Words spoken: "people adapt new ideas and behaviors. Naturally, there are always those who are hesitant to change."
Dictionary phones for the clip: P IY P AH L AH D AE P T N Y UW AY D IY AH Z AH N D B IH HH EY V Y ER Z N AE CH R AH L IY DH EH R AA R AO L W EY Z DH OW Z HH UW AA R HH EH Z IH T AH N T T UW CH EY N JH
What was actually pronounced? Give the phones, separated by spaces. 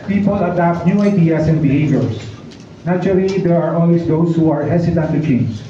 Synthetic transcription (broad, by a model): P IY P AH L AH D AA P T N Y UW AY D IY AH S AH N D B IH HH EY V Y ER S N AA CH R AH L IY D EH R AA R AO L W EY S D OW S HH UW AA R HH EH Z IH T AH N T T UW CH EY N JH